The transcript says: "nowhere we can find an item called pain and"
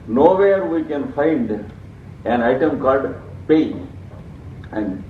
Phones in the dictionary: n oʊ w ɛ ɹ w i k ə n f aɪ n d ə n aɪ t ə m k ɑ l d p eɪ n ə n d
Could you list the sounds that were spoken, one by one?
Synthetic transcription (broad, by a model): n oʊ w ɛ ɹ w i k ə n f aɪ n d ə n aɪ t ə m k ɑ l d p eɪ ə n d